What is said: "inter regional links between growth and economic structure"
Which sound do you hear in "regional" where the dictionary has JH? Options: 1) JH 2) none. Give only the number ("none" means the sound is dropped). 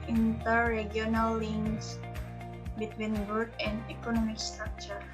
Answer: 2